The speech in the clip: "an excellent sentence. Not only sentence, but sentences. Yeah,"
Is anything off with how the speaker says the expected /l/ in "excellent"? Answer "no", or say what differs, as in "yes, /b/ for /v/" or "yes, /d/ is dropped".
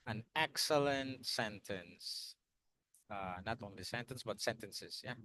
no